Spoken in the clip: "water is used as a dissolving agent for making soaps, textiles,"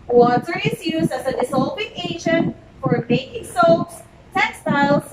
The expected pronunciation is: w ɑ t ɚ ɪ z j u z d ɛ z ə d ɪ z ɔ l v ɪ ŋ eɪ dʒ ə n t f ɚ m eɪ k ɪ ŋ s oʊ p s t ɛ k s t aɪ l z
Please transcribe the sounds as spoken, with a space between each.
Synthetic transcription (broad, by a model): w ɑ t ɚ ɪ z j u z d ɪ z ə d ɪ s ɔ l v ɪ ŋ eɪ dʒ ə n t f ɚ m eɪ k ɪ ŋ s oʊ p s t ɛ k s t aɪ l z